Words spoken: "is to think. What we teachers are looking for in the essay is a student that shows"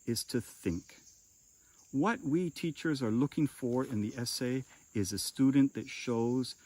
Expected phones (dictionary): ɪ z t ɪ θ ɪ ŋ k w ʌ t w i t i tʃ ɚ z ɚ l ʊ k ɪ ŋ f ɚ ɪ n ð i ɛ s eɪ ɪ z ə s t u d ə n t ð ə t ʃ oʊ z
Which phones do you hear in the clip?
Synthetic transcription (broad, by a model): ɪ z t ɪ θ ɪ ŋ k w ʌ t w i t i tʃ ɚ z ɚ l ʊ k ɪ ŋ f ɚ ɪ n ð i ɛ s eɪ ɪ z ə s t u d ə n ð ə t ʃ oʊ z